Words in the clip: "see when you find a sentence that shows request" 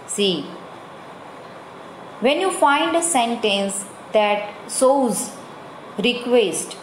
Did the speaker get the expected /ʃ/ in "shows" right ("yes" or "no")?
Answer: no